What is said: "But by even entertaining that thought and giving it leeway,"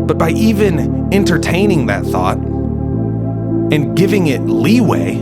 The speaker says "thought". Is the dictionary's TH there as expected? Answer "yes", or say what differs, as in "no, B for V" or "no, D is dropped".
yes